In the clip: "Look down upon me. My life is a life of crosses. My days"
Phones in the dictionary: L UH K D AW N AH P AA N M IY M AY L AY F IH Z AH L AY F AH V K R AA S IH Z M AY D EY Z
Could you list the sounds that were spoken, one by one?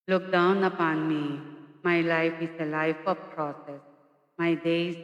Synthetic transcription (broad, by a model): L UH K D AW N AH P AA N M IY M AY L AY F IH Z AH L AY F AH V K R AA S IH S M AY D EY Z